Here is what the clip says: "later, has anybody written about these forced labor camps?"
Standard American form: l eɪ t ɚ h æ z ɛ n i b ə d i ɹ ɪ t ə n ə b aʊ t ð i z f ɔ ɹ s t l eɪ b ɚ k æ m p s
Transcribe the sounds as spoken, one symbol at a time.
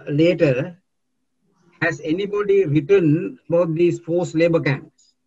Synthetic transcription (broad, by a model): l eɪ t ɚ h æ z ɛ n i b ə d i ɹ ɪ t ə n ə b aʊ t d i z f ɔ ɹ s l eɪ b ɚ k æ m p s